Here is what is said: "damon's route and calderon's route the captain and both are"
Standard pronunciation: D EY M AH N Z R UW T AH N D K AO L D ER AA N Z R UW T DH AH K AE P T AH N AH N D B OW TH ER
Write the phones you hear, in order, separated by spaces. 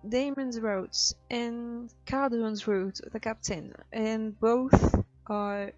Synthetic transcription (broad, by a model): D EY M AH N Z R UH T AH N K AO D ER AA N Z R UW T DH AH K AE P T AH N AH N B OW TH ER